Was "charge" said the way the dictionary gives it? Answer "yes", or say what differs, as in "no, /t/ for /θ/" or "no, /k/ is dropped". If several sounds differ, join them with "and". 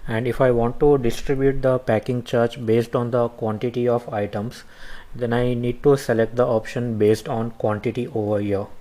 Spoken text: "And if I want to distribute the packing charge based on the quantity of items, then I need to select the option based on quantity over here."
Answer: no, /tʃ/ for /dʒ/